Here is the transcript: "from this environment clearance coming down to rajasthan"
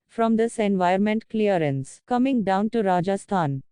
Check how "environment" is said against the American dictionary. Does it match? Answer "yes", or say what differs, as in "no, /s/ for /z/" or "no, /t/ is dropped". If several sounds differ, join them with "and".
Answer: no, /ɹ/ is dropped